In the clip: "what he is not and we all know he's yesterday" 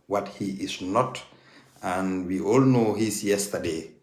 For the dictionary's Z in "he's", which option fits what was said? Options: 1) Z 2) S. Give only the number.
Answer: 2